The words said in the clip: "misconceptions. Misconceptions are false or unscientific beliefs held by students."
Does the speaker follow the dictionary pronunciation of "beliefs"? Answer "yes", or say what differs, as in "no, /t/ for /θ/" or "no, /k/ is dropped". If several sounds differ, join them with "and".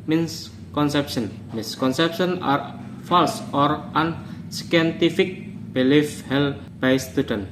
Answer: no, /s/ is dropped